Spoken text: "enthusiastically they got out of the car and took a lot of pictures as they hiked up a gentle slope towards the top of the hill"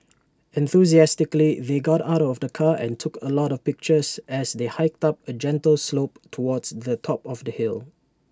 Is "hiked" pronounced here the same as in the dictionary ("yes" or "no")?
yes